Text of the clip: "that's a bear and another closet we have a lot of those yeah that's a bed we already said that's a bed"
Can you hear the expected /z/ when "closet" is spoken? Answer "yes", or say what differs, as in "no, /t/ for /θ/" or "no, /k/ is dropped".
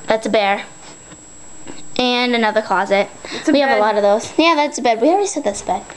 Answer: yes